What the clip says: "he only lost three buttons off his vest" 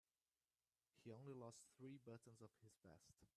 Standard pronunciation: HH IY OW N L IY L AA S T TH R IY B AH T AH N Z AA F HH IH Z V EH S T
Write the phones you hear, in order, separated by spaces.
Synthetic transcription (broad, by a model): HH IY OW N L IY L AA S T TH R IY B AH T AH N Z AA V HH IH Z B EH S T